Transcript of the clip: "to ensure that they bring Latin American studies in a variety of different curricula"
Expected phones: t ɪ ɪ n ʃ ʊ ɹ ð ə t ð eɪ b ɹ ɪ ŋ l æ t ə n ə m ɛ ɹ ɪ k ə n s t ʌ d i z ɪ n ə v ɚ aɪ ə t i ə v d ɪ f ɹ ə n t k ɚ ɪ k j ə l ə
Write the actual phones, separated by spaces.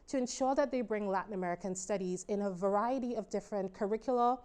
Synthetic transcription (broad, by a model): t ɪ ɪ n ʃ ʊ ɹ ð ə t ð eɪ b ɹ ɪ ŋ l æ t n ə m ɛ ɹ ɪ k ə n s t ʌ d i z ɪ n ə v ɚ aɪ ə t i ə v d ɪ f ɹ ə n k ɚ ɪ k j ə l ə